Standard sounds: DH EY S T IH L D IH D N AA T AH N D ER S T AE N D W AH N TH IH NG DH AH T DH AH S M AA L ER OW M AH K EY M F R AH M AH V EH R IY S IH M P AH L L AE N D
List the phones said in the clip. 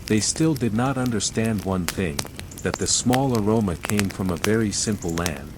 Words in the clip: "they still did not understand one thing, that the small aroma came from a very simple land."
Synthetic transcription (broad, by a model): DH EY S T IH L D IH D N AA T AH N D ER S T AE N D W AH N TH IH NG DH AH T DH AH S M AA L ER OW M AH K EY M F R AH M AH V EH R IY S IH M P L L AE N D